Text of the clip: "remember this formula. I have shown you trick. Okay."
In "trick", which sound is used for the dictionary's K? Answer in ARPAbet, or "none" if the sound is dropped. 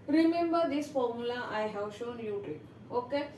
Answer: none